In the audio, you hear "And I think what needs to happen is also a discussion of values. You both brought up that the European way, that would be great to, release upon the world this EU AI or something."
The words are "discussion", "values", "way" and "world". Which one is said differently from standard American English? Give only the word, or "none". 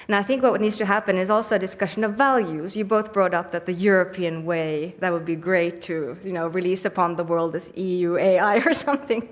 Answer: none